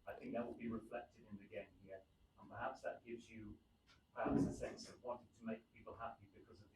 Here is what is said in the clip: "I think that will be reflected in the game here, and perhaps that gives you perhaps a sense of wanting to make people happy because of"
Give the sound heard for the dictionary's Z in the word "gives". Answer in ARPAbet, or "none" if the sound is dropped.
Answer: Z